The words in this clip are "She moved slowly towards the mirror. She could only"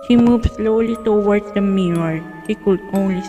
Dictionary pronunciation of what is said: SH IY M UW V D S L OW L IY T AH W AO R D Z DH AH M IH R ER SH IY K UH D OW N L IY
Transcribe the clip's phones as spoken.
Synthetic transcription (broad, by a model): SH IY M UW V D S L OW L IY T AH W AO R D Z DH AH M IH ER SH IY K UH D OW N L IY